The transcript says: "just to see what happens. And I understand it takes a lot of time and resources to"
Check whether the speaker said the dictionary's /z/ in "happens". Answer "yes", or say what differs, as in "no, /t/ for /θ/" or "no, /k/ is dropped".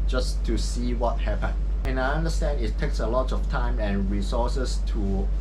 no, /z/ is dropped